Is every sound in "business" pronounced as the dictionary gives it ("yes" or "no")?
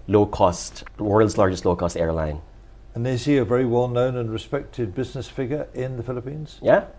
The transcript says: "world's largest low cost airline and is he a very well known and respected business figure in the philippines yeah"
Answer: yes